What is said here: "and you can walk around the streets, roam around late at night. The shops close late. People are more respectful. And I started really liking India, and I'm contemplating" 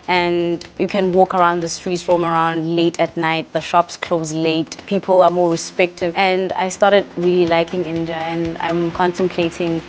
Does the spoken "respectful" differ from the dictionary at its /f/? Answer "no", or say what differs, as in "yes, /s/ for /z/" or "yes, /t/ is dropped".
yes, /f/ is dropped